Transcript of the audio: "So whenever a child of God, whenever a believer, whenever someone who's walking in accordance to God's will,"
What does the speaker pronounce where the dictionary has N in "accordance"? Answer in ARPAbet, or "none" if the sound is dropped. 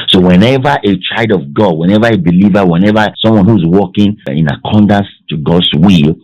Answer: none